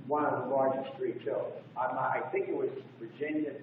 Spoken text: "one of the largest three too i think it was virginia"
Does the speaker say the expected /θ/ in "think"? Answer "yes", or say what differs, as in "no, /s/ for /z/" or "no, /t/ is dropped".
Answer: yes